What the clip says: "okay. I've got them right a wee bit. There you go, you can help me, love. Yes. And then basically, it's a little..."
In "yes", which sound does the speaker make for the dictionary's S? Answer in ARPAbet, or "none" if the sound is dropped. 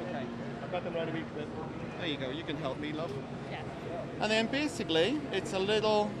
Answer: none